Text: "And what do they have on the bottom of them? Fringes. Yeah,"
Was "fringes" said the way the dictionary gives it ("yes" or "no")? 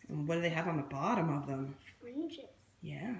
no